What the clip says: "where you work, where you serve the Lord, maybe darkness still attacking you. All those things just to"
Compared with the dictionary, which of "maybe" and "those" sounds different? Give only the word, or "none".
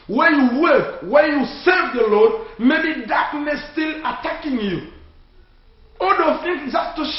those